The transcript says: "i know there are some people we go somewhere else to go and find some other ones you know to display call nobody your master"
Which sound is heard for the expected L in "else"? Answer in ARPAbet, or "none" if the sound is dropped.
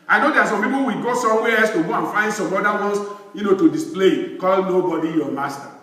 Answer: none